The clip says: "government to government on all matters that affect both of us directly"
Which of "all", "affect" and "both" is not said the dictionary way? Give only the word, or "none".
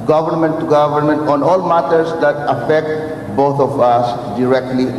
both